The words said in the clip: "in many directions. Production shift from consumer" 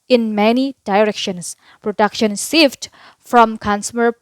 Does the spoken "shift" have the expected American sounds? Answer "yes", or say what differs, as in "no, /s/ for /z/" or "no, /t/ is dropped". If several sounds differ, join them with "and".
no, /s/ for /ʃ/